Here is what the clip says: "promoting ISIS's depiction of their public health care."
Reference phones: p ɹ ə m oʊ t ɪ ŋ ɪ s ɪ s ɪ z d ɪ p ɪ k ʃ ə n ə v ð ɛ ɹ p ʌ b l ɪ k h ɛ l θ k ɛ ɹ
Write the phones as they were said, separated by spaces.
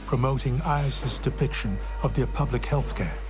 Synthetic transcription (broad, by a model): p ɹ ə m oʊ t ɪ ŋ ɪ ɪ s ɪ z d ɪ p ɪ k ʃ ə n ə v ð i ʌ p ʌ b l ɪ k h ɛ l θ k ɛ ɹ